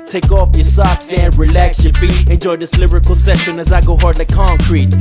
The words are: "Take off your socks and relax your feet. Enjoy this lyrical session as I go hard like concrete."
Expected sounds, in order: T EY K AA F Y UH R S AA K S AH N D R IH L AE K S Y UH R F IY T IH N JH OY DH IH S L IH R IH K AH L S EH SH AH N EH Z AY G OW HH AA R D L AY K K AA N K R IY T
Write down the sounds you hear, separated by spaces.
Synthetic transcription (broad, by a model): T EY K AA F Y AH R S AA K S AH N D R IH L AE K S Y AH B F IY IH N JH OY DH IH S L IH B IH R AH L S EH SH AH N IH Z AY G OW HH AA R D L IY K K AA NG K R IY T